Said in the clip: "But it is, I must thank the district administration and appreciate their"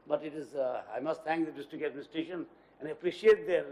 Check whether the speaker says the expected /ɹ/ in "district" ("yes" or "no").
no